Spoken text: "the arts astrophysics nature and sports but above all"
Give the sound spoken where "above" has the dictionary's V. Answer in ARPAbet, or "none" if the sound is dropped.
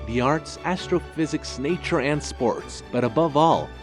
V